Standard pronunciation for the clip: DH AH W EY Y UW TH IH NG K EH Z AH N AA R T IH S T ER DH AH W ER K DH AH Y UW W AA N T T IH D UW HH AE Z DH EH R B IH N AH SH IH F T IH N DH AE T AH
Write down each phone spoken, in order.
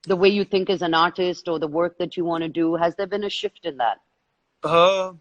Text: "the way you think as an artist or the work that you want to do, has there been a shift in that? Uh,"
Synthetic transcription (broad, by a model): DH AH W EY Y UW TH IH NG K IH Z AH N AA R T IH S T ER DH AH W ER K DH AH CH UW W AA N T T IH D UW HH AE Z DH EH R B IH N AH SH IH F T IH N DH AE T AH